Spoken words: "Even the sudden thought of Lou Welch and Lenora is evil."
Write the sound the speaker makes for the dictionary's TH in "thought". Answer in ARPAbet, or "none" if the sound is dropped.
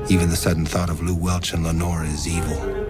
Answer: TH